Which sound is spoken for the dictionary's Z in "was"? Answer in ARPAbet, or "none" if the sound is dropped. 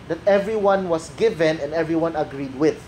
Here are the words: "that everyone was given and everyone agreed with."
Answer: S